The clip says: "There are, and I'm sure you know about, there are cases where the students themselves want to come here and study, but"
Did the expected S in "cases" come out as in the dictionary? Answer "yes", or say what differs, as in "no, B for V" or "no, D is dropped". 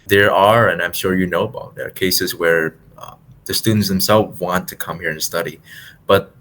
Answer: yes